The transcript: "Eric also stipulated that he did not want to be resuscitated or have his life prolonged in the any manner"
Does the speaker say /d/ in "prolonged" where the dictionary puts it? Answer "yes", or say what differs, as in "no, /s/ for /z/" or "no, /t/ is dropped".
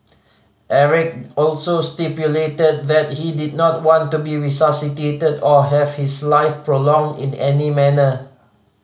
yes